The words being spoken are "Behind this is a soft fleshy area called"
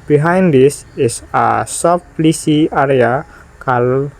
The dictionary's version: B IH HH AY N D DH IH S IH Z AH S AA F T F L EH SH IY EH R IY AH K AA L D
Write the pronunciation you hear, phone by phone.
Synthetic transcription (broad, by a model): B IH HH AY N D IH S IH S AH S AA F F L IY S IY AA R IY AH K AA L